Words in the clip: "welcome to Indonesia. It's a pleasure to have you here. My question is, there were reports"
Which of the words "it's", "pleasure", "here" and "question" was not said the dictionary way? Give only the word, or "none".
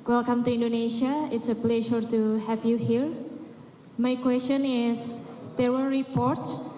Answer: pleasure